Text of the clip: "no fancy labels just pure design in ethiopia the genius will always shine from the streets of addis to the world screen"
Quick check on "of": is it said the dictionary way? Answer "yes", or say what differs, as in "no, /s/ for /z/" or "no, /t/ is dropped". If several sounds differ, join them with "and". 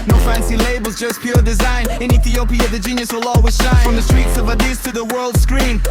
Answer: yes